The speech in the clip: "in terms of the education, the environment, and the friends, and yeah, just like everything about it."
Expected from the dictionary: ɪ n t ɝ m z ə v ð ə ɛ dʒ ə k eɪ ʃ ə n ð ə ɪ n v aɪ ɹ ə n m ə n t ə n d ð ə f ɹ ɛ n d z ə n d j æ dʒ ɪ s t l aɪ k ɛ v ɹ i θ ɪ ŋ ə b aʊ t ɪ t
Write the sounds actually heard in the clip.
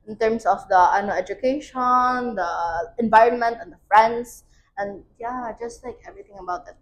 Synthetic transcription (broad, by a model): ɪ n t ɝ m s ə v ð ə ɛ dʒ ə k eɪ ʃ ə n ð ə ɪ n v aɪ ɹ ə n m ə n t ə n d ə f ɹ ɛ n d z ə n j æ dʒ ɪ s t l aɪ k ɛ v ɹ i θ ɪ ŋ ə b aʊ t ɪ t